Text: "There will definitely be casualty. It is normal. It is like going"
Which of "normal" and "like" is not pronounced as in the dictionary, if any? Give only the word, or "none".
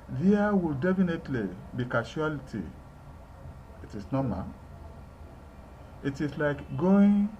normal